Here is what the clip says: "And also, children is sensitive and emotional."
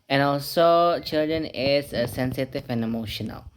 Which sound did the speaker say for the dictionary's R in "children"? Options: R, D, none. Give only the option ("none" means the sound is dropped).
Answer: R